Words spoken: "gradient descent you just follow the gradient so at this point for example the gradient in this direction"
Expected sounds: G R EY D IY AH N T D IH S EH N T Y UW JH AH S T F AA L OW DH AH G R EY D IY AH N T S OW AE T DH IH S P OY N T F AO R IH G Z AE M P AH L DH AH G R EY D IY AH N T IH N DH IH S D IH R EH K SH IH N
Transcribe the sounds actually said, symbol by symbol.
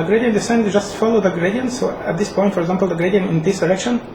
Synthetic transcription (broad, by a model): G R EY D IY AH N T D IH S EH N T JH AH S T F AA L OW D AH G R EY D IY AH N T S OW AE T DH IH S P OY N T F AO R IH G Z AE M P AH L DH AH G R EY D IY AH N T IH N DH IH S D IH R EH K SH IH N